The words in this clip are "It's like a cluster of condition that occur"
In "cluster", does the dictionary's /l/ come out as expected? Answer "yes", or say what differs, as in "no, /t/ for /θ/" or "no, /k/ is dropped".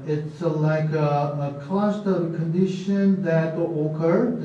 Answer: no, /l/ is dropped